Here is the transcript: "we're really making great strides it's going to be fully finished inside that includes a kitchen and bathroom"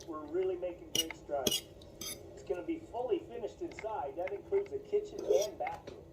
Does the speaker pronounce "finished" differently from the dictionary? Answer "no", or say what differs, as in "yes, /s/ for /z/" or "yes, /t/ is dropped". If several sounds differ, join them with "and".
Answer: no